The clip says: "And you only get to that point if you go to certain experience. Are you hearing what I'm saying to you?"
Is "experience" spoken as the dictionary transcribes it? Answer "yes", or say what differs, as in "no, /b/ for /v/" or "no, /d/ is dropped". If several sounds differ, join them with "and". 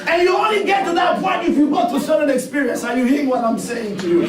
yes